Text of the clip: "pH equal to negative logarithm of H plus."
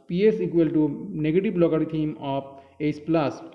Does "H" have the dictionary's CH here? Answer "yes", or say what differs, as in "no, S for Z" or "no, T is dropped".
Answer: no, S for CH